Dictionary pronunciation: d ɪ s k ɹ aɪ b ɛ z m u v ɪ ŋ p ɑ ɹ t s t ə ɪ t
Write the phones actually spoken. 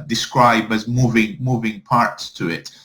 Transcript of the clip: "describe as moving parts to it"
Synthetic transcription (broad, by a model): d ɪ s k ɹ aɪ b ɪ z m u v ɪ ŋ p ɑ ɹ t s t ə ɪ t